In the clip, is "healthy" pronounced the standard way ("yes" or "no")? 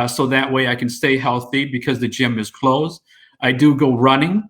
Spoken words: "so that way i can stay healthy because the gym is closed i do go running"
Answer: yes